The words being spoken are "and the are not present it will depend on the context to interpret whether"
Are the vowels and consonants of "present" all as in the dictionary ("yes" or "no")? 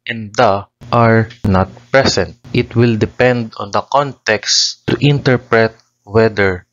no